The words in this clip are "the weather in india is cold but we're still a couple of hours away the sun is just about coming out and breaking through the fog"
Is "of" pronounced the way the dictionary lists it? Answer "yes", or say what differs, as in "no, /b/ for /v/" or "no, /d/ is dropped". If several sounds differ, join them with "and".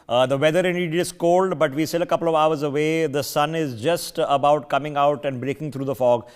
yes